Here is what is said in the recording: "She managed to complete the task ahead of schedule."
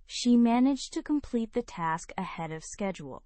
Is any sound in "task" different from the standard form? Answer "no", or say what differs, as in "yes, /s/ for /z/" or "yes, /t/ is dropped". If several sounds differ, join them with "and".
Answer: no